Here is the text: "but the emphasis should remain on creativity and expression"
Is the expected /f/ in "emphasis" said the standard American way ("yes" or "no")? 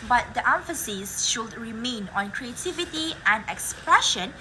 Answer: yes